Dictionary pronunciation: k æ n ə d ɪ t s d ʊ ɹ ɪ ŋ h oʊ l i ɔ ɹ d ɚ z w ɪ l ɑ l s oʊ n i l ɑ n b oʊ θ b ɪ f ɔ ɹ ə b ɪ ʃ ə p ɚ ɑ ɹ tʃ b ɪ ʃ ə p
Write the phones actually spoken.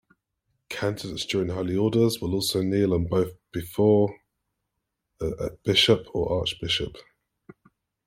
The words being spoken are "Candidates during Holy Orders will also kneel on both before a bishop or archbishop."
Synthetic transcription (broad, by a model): k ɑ n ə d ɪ t s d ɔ ɹ ɪ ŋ h oʊ l i ɔ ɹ d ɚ z w ɪ l ɑ l s oʊ n i l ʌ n b oʊ θ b ɪ f ɔ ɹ ə b ɪ ʃ ə p ɚ ɑ tʃ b ɪ ʃ ə p